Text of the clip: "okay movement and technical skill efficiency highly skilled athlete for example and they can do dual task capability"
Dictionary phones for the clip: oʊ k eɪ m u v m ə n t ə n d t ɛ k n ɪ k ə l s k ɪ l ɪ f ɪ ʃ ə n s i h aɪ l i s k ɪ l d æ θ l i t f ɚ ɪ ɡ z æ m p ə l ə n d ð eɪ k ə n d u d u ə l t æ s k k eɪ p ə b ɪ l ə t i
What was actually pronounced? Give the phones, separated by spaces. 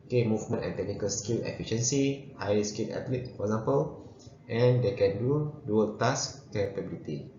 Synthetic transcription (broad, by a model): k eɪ m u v m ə n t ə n t ɛ k n ɪ k ə l s k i l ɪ f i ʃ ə n s i h aɪ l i s k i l ɛ t l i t f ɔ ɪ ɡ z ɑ m p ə l ə n d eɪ k ə n d u d u ə l t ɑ s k k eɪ p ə b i l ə t i